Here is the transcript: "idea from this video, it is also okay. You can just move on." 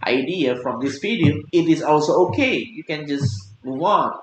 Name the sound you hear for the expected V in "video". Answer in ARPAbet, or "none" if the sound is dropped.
P